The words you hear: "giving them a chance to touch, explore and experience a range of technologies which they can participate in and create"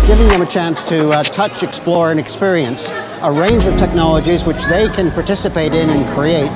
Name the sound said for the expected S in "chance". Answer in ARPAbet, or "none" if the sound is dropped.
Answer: S